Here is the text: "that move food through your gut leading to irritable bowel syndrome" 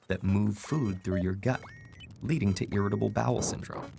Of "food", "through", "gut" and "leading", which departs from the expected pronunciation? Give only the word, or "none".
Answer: none